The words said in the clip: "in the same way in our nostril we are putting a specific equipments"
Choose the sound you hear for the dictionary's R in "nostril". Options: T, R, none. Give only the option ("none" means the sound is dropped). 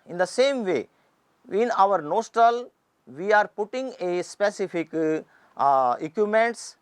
none